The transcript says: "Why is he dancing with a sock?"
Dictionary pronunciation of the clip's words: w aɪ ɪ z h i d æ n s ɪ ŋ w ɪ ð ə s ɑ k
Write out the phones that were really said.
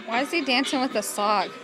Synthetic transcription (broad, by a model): w aɪ ɪ z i d æ n s ɪ ŋ w ɪ ð ə s ɑ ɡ